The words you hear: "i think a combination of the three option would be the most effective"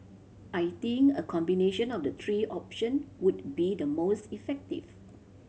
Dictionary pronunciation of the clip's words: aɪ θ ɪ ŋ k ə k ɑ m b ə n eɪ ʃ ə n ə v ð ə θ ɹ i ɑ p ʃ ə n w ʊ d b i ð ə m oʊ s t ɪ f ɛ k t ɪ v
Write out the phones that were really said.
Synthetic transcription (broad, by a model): aɪ t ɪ ŋ k ə k ɑ m b ə n eɪ ʃ ə n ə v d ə t ɹ i ɑ p ʃ ə n w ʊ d b i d ə m oʊ s t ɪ f ɛ k t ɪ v